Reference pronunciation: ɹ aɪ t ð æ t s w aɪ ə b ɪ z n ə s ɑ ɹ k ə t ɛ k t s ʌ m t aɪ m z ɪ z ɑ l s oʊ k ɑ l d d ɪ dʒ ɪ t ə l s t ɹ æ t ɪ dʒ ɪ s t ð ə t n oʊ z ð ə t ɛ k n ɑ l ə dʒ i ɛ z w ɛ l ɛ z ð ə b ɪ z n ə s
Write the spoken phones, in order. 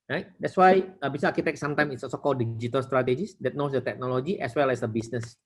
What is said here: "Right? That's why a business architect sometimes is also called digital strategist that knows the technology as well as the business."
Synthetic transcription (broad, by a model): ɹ aɪ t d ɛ t s w aɪ ə b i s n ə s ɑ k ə t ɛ k s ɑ m t aɪ m ɪ s ɑ l s oʊ k ɑ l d d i dʒ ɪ t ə l s t ɹ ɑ t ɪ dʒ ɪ s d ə t n oʊ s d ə t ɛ k n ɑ l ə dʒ i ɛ s w ɛ l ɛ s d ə b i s n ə s